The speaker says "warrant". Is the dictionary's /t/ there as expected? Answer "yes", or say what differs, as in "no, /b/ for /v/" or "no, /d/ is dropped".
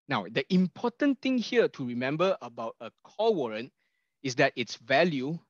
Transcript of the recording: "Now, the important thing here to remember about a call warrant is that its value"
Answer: yes